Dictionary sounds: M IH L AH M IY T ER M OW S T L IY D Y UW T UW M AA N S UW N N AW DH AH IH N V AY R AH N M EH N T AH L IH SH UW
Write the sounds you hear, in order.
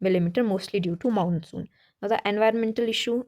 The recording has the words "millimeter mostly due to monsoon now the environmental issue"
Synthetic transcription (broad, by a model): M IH L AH M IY T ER M OW S T L IY D Y UW T UW M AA N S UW N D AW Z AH IH N V AY R AH N M EH N T AH L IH SH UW